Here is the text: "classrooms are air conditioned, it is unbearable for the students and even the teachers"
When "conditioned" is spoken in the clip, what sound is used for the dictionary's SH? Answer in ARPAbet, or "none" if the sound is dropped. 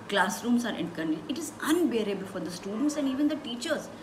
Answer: none